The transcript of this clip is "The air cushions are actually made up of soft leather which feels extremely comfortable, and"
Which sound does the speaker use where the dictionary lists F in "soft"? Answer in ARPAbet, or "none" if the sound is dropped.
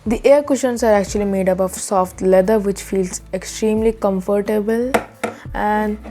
F